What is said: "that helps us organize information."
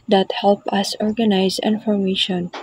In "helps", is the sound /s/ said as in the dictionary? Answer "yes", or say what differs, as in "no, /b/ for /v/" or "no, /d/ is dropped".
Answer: no, /s/ is dropped